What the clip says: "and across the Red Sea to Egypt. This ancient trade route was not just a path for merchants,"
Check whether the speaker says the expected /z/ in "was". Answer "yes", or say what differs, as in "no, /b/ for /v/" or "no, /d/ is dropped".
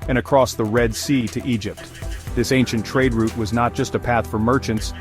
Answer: yes